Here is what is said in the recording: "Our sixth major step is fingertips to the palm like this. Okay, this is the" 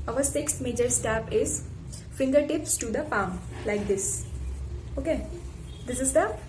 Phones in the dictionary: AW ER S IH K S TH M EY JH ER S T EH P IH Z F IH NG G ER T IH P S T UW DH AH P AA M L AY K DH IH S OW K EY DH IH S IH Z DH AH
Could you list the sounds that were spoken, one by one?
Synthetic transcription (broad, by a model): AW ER S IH K S T M EY JH ER S T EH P IH Z F IH NG G ER T IH P S T UW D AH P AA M L AY K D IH S OW K EY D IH S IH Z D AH